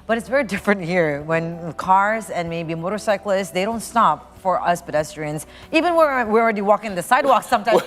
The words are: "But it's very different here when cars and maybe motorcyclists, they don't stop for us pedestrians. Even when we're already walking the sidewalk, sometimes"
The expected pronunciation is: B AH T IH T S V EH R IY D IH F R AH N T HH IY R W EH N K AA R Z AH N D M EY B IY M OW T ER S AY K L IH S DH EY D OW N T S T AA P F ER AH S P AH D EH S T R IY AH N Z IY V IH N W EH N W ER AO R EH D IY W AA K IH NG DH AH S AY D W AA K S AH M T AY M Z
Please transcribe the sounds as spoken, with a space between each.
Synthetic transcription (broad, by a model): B AH T IH T S V EH R IY D IH F R AH N T HH IY R W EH N K AA R Z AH N M EY B IY M OW T ER S AY K L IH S DH EY D OW N T S T AA P F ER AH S P AH D EH S T R IY AH N Z IY V IH N W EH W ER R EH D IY W AA K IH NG DH AH S AY D W AA K S AH M T AY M